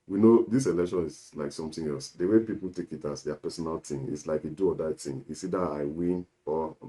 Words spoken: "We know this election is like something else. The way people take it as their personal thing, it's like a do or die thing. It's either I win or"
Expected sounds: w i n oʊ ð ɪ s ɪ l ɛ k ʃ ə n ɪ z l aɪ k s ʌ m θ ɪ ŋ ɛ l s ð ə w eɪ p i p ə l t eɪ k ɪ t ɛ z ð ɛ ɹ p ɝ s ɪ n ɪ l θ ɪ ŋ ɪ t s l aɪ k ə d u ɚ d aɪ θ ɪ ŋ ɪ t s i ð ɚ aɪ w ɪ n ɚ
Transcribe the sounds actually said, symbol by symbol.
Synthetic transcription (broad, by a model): w i n oʊ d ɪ s ɪ l ɛ k ʃ ə n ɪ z l aɪ k s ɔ m t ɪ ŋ ɛ l s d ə w eɪ p i p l t eɪ k ɪ t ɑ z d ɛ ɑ p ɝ s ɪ n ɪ l t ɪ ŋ ɪ t s l aɪ k ə d u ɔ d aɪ t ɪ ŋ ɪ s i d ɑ aɪ w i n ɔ